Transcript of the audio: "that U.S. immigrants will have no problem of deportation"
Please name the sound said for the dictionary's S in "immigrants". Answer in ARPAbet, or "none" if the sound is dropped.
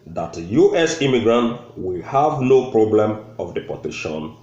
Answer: none